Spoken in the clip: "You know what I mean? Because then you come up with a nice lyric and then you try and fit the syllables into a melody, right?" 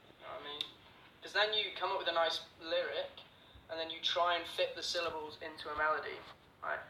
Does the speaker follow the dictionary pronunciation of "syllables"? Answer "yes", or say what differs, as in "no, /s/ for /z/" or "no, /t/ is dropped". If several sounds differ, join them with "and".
yes